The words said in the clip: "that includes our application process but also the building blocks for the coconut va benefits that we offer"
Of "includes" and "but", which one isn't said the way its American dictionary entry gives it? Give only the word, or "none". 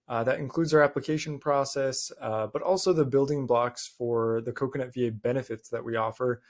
none